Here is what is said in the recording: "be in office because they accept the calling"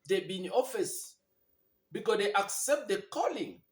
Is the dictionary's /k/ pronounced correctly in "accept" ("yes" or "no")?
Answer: yes